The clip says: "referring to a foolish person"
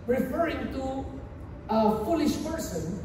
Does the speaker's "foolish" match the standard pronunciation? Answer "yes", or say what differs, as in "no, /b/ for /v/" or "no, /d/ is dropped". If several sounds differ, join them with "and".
yes